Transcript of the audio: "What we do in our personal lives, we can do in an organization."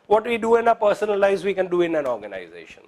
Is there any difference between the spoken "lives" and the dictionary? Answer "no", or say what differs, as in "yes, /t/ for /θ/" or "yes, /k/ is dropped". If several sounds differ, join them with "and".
yes, /v/ is dropped